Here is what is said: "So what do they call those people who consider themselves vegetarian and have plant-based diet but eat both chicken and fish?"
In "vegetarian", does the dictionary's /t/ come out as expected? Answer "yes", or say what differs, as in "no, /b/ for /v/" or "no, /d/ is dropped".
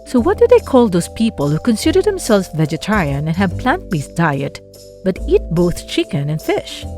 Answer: yes